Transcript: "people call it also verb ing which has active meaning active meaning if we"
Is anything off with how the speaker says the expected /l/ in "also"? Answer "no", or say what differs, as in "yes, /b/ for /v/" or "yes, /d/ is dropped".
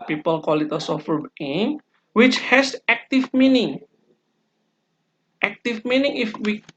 yes, /l/ is dropped